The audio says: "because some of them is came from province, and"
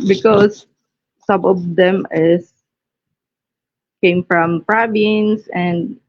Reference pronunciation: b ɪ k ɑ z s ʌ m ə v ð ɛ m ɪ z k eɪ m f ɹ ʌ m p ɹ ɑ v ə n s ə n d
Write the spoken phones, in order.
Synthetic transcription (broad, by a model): b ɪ k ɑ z s ʌ m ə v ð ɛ m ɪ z k eɪ m f ɹ ʌ m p ɹ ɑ b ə n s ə n d